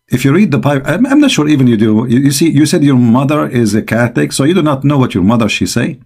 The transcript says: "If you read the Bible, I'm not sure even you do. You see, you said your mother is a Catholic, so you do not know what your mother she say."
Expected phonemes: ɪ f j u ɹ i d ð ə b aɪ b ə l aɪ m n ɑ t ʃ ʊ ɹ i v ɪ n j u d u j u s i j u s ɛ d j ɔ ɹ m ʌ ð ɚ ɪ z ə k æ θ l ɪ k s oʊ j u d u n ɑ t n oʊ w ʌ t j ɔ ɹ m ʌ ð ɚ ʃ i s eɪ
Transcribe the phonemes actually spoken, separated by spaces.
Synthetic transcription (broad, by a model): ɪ f j u ɹ i d ð ə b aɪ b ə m aɪ m n ɑ t ʃ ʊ ɹ i v ɪ n j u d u j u s i j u s ɛ d j ɔ ɹ m ʌ ð ɚ ɪ z ə k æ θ ɪ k s oʊ j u d u n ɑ t n oʊ w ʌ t j ɔ ɹ m ʌ ð ɚ ʃ i s eɪ